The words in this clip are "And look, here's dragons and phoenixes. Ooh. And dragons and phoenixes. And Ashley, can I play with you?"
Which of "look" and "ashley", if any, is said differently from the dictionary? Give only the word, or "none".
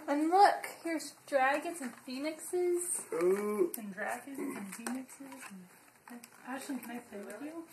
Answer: ashley